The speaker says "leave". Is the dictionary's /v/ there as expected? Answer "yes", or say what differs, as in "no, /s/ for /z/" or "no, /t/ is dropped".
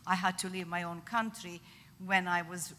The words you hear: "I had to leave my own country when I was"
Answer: yes